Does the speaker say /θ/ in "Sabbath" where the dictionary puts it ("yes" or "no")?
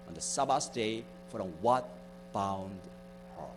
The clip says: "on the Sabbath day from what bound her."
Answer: no